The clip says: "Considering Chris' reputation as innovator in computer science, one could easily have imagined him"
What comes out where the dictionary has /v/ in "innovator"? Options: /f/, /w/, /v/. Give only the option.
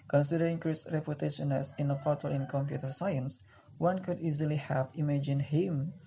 /f/